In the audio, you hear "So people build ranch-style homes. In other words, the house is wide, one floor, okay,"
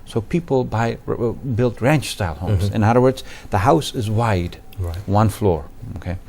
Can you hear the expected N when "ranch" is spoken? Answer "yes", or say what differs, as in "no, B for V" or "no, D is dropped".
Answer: yes